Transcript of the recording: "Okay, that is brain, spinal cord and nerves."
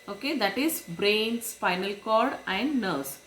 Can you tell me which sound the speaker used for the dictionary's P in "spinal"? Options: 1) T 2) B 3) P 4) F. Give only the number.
4